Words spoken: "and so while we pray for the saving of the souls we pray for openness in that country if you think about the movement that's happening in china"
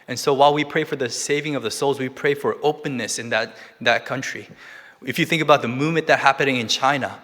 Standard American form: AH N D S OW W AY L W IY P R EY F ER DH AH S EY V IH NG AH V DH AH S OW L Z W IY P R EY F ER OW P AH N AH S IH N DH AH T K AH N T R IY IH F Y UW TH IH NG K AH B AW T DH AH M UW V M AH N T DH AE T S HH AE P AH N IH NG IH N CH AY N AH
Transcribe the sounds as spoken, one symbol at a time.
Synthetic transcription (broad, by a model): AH N S OW W AY L W IY P R EY F ER DH AH S EY V IH NG AH V DH AH S OW L Z W IY P R EY F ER OW P AH N AH S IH N DH AH T K AH N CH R IY IH F Y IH TH IH NG K AH B AW T DH AH M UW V M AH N DH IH T HH AE P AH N IH NG IH N CH AY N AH